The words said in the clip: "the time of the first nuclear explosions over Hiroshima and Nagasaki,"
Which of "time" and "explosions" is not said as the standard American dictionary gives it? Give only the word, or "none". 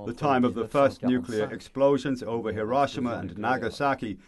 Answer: none